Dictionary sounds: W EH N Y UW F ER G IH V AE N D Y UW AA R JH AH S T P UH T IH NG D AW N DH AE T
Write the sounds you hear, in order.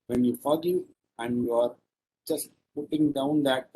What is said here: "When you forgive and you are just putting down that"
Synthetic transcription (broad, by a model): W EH N Y UW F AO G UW AE N D Y UW AA R JH AH S T P UH T IH NG D AW N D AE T